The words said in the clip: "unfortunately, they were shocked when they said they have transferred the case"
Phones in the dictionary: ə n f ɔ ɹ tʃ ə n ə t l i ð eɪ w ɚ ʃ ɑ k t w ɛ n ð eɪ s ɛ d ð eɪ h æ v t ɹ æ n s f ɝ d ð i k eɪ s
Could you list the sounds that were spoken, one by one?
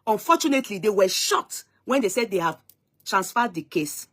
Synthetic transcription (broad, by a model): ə n f ɔ tʃ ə n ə t l i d eɪ w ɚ ʃ ɑ t w ɛ n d eɪ s ɛ d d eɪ h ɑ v t ɹ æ n s f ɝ d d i k eɪ s